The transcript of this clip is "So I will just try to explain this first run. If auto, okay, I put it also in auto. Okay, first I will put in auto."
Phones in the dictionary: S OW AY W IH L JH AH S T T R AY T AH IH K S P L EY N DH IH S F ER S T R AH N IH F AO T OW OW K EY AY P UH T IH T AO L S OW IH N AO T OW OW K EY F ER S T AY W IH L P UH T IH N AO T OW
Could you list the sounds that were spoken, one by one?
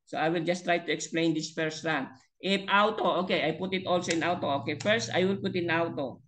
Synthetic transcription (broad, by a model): S OW AY W IH L JH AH S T T R AY T AH IH K S P L EY N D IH S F ER S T R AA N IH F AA T OW OW K EY AY P UH T IH T AO L S OW IH N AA T OW OW K EY F ER S T AY W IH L P UH T IH N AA T OW